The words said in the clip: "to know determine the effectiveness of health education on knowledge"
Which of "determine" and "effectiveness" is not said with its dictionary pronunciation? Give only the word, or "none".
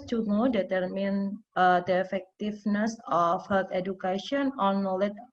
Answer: effectiveness